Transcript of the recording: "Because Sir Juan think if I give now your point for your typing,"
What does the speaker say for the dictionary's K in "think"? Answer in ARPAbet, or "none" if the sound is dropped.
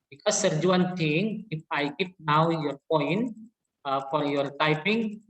none